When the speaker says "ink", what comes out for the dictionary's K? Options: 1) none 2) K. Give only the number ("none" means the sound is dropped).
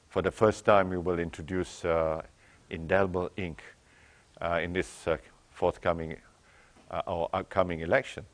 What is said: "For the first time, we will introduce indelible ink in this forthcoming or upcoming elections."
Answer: 2